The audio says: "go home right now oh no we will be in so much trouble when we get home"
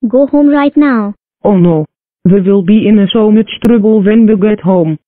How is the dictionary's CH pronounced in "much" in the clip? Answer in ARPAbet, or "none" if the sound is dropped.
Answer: S